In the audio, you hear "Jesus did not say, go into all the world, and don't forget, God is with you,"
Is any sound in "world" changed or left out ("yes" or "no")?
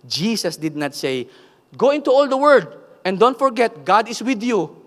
yes